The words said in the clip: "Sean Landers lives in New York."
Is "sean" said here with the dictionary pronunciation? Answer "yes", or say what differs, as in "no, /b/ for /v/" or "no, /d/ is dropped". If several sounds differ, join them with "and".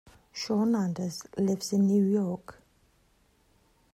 yes